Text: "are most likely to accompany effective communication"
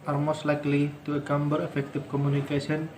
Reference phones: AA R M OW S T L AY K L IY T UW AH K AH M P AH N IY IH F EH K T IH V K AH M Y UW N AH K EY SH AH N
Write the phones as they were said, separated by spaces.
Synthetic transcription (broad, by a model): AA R M OW S T L AY K L IY T UW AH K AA M B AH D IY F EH K T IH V K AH M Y UW N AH K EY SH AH N